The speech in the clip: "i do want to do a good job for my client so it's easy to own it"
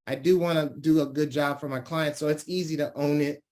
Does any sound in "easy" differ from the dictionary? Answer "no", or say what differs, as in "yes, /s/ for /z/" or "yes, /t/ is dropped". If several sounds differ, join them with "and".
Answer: no